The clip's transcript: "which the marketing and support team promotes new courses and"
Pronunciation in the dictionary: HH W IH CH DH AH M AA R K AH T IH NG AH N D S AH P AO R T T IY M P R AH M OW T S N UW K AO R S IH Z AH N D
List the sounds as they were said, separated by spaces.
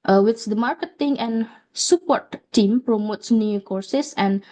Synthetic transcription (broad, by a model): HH W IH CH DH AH M AA R K AH T IH NG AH N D S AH P AO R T T IY M P R AH M OW T S N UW K AO R S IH S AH N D